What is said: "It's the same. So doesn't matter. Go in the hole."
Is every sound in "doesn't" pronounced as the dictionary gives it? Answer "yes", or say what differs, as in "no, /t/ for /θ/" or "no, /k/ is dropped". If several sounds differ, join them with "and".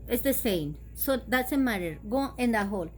no, /s/ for /z/